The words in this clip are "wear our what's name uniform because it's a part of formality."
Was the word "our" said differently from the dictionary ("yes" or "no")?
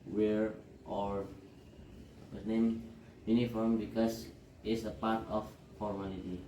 no